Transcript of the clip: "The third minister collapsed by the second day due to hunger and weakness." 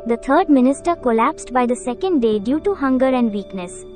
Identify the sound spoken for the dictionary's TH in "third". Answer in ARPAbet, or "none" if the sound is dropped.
T